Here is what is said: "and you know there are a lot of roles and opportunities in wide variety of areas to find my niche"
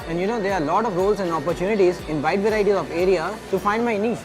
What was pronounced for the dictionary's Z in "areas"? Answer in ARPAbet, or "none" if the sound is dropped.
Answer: none